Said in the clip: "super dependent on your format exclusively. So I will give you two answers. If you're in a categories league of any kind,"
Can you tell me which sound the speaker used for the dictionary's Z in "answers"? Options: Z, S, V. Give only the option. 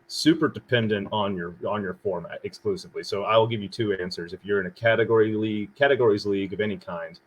Z